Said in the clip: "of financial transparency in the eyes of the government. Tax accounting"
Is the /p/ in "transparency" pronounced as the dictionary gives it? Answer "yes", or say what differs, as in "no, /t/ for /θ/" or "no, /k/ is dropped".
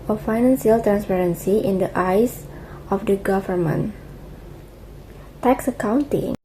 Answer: yes